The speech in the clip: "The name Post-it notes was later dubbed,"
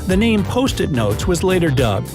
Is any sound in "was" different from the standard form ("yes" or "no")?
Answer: no